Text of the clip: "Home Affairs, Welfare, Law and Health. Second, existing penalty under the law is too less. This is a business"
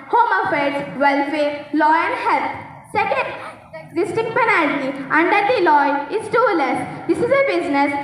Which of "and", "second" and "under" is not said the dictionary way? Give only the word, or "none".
none